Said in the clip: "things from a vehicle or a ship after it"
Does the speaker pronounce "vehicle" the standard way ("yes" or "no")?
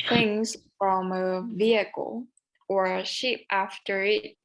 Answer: yes